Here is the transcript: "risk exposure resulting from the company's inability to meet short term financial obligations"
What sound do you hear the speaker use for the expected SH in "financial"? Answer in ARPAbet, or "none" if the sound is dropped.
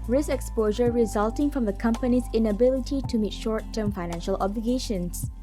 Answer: SH